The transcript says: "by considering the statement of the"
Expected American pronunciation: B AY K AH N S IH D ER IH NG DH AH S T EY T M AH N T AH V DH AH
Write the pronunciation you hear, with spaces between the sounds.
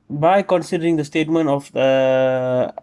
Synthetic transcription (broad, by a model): B AY K AH N S IH D ER IH NG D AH S T EY T M AH N T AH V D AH